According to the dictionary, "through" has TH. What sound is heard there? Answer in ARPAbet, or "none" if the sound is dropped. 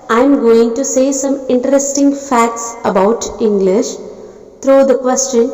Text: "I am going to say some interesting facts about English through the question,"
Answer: T